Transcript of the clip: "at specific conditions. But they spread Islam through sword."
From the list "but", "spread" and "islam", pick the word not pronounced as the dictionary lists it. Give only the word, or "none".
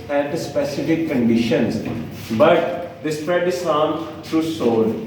islam